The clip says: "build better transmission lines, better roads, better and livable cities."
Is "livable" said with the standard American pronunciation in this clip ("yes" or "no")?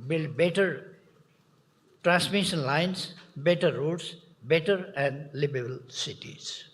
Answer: no